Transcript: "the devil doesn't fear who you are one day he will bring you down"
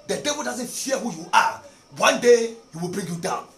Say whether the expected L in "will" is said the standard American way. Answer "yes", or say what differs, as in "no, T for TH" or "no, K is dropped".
yes